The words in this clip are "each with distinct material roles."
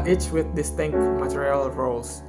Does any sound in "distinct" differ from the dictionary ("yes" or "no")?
no